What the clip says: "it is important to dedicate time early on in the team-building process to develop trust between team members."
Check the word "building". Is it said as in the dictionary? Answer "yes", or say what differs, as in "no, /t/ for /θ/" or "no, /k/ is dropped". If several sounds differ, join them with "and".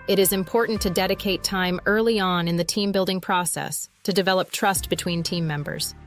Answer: yes